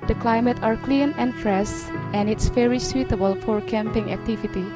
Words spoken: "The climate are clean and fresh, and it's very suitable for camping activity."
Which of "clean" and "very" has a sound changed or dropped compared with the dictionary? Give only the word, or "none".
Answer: very